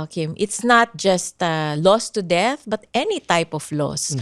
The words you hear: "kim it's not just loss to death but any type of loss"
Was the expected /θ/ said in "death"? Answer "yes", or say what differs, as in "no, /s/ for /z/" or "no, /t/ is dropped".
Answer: yes